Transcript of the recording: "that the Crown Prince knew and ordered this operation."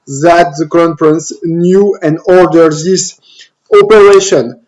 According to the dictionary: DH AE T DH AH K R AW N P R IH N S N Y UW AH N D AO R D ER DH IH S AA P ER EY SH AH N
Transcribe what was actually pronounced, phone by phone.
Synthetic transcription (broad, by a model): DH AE T DH AH K AW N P R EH N S N Y UW AH N D AO R D ER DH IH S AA P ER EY SH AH N